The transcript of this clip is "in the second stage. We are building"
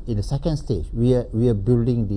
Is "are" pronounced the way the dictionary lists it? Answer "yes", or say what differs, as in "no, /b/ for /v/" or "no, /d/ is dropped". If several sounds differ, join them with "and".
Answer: no, /w/ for /ɹ/